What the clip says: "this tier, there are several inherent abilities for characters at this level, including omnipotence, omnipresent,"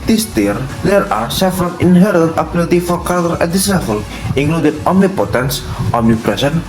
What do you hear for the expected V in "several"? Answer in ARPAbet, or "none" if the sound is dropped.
F